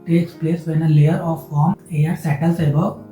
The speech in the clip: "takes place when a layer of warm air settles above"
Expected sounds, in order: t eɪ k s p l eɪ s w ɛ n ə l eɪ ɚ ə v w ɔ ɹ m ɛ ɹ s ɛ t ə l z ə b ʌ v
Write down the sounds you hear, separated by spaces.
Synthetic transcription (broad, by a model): t eɪ k s p l eɪ s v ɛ n ə l eɪ ɚ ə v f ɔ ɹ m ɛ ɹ s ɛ t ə l s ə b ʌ